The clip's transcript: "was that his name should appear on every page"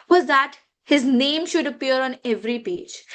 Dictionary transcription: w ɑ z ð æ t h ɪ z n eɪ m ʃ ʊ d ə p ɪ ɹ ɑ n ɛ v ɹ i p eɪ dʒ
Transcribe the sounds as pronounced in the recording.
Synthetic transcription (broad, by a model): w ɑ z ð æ t h ɪ z n eɪ m ʃ ʊ d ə p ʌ ɹ ɑ n ɛ v ɹ i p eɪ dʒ